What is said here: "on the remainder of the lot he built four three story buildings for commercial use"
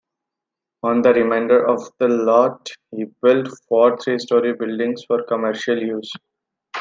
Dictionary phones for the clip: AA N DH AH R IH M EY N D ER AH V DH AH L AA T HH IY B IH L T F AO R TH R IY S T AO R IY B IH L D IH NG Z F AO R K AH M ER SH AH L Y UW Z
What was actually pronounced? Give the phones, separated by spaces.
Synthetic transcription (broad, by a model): AA N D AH R IH M EY N D ER AH V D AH L AA T HH IY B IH L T F AO R T R IY S T AO R IY B IH L D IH NG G F AO R K AH M ER SH AH L Y UW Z